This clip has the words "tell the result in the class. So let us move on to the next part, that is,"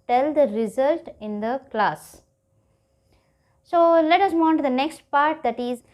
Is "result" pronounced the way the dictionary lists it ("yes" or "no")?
yes